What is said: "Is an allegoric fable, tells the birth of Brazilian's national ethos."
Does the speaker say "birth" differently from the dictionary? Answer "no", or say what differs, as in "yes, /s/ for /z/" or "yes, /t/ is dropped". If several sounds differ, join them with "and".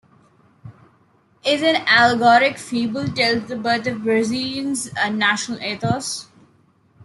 yes, /t/ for /θ/